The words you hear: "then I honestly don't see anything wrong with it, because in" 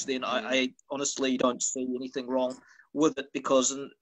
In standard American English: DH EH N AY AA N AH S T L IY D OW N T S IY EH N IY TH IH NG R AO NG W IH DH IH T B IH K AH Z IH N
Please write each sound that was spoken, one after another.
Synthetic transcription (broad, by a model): DH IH N AY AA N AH S T L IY D OW N T S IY EH N IY TH IH NG R AO NG W IH DH IH T B IH K AH Z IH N